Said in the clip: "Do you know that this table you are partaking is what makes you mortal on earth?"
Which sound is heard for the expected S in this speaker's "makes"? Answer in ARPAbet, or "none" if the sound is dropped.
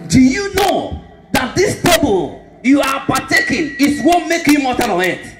none